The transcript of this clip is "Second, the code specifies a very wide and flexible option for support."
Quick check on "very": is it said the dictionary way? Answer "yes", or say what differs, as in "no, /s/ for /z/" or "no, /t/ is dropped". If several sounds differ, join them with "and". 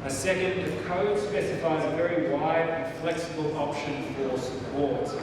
yes